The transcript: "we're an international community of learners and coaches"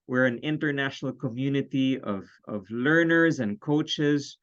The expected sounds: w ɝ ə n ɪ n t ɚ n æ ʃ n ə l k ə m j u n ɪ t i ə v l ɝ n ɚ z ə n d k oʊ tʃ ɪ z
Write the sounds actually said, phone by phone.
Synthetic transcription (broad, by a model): w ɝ ə n ɪ n t ɚ n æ ʃ n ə l k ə m j u n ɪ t i ə v l ɝ n ɚ z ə n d k oʊ tʃ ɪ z